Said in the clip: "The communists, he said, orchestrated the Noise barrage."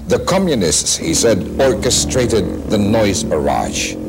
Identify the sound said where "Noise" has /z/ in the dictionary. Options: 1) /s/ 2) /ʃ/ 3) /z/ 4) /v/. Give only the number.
3